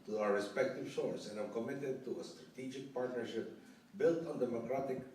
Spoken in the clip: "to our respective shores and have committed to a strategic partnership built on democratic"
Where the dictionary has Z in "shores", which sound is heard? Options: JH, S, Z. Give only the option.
S